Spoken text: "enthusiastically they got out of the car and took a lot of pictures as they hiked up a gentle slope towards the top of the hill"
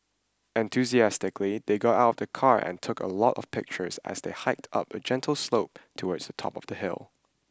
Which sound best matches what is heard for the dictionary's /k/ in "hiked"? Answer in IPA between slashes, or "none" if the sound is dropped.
/k/